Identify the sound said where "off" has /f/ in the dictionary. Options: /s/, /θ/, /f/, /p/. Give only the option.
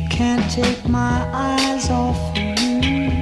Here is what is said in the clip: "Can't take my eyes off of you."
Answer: /f/